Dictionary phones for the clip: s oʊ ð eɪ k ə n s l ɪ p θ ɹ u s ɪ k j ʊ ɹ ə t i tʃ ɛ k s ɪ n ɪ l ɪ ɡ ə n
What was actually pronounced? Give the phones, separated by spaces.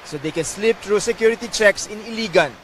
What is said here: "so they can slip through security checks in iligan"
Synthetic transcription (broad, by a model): s oʊ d eɪ k ə n s l ɪ p t ɹ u s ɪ k j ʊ ɹ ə t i tʃ ɛ k s ɪ n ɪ l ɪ ɡ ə n